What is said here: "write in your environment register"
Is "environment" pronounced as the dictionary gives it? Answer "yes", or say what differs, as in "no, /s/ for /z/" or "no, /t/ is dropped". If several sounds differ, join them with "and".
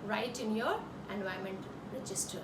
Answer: no, /ɹ/ is dropped and /n/ is dropped